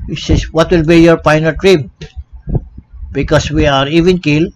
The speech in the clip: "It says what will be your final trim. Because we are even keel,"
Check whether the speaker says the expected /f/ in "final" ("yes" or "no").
no